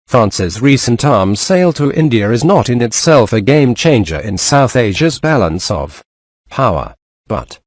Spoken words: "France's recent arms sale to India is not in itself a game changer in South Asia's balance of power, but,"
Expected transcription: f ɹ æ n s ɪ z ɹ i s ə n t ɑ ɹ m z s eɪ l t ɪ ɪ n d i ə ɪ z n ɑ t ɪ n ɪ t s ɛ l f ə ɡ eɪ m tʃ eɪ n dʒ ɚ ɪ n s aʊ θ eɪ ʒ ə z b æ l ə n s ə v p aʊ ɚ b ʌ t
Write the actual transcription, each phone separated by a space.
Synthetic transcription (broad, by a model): f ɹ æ n s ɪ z ɹ i s ə n t ɑ ɹ m z s eɪ l t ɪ ɪ n d i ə ɪ z n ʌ t ɪ n ɪ t s ɛ l f ə ɡ eɪ m tʃ eɪ n dʒ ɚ ɪ n s aʊ θ eɪ ʒ ə z b æ l ə n s ə v p aʊ ɚ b ʌ t